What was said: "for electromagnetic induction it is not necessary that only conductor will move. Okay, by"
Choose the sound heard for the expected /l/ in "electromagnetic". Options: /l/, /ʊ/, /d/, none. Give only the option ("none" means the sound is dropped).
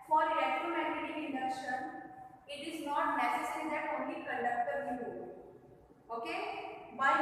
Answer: none